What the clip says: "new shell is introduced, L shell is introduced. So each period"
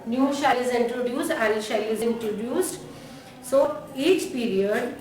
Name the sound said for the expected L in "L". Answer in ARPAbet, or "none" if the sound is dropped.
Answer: N